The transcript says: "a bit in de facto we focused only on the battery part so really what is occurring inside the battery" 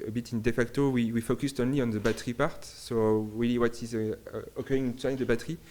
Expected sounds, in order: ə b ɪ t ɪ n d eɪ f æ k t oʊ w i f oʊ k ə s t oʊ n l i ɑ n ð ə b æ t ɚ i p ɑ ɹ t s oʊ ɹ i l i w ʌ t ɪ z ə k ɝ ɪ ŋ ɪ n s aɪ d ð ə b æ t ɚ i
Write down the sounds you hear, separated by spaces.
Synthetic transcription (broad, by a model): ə b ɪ t ɪ n d eɪ f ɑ k t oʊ w i f oʊ k ə s t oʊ n l i ɑ n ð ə b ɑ t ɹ i p ɑ ɹ t s oʊ ɹ i l i w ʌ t ɪ z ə k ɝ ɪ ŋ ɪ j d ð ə b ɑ t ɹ i